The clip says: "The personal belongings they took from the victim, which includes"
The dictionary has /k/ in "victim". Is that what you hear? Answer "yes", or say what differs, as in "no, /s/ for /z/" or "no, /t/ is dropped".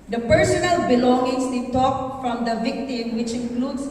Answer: yes